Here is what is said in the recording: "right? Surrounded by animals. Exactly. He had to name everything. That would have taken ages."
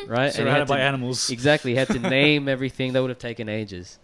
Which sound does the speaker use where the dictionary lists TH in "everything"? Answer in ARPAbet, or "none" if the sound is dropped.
TH